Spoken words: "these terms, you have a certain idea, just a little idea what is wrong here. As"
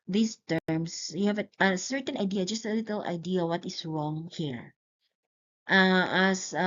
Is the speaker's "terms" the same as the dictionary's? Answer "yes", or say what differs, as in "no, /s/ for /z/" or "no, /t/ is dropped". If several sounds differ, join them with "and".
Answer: no, /s/ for /z/